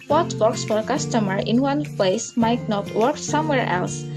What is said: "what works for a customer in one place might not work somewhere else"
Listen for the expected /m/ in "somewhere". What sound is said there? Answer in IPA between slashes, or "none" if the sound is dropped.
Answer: /m/